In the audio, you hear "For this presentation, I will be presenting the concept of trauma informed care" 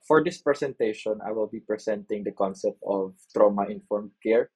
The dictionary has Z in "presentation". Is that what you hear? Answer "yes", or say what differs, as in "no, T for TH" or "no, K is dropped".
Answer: no, S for Z